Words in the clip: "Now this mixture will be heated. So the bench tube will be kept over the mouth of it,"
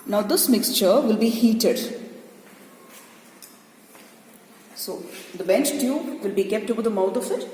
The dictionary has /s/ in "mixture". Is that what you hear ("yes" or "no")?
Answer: yes